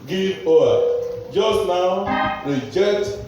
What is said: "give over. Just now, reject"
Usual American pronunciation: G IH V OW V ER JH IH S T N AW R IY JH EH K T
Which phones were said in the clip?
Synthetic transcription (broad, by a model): G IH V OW ER JH IH S T N AW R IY JH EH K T